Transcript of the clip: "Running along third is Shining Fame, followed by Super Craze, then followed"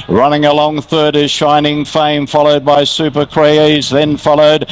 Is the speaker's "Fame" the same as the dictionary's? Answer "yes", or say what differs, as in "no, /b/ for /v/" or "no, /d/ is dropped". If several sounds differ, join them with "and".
yes